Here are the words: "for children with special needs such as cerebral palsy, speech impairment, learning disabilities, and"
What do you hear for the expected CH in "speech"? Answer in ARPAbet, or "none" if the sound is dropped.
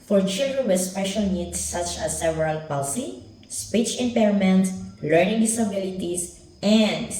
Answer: CH